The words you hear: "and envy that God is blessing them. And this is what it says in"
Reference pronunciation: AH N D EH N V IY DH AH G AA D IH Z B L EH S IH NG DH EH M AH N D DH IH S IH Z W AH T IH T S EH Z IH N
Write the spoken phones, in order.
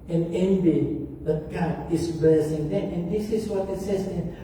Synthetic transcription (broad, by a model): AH N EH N B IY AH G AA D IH S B EH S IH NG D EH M AH N D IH S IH S W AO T IH T S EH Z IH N